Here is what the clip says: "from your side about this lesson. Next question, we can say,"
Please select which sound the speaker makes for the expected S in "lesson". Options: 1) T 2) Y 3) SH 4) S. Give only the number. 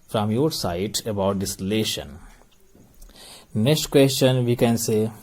3